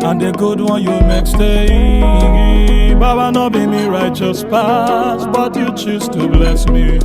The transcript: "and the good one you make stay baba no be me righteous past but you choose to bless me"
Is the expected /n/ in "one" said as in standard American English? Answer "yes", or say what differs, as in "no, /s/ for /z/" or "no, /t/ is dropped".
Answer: yes